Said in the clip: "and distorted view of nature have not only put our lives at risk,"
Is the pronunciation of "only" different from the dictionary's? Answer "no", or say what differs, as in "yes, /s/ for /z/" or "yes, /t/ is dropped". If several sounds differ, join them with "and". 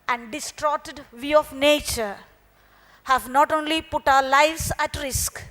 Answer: no